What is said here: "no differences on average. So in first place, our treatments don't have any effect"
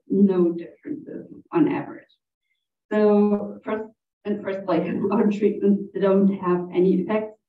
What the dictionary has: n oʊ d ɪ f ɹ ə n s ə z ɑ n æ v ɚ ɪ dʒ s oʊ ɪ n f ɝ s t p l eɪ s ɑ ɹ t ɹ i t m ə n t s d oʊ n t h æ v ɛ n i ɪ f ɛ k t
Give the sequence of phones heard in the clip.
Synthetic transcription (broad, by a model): n oʊ d ɪ f ɹ ə n s ə z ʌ n æ v ɚ ɪ dʒ s oʊ ɪ n f ɝ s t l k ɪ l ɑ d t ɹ i t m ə n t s d oʊ n t h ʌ v ɛ n i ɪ f ɛ k t